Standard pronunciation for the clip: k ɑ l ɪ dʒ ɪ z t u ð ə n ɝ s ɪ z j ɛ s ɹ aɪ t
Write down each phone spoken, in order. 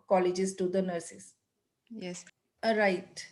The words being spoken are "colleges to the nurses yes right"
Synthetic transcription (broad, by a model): k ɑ l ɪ dʒ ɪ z t u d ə n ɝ s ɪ s j ɛ s ɹ aɪ t